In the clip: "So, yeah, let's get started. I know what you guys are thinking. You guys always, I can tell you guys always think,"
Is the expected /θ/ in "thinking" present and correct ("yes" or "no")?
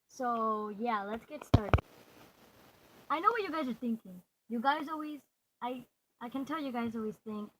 yes